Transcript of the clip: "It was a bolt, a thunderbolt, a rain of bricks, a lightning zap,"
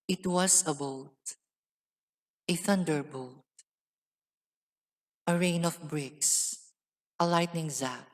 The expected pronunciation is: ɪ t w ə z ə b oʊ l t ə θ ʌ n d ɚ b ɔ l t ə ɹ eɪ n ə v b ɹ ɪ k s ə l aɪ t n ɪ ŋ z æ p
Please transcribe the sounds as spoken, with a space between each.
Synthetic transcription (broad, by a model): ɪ t w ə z ə b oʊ t ə θ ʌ n d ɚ b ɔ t t ə ɹ eɪ n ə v b ɹ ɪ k s ə l aɪ t n ɪ ŋ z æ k